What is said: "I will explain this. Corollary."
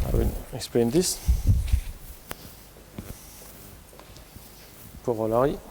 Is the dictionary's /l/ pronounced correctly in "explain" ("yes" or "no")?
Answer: no